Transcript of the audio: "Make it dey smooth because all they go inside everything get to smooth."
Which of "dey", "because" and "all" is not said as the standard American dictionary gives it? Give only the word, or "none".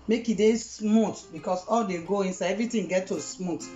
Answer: because